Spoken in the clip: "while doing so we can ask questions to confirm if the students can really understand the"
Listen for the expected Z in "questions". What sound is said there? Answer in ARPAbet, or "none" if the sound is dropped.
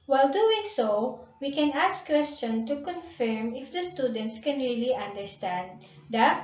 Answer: none